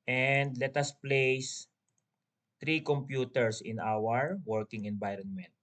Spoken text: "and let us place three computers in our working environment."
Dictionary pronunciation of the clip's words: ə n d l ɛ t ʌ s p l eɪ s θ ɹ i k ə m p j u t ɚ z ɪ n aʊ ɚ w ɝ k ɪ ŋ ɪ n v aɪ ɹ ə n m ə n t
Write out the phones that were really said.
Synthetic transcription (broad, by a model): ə n d l ɛ t ʌ s p l eɪ s t ɹ i k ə m p j u t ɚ s ɪ n aʊ ɚ w ɝ k ɪ ŋ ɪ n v aɪ ɹ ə n m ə n t